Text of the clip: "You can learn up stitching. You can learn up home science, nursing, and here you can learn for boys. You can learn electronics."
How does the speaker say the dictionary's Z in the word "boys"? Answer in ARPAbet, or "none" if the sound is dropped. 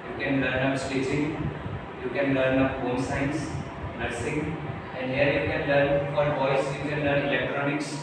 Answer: S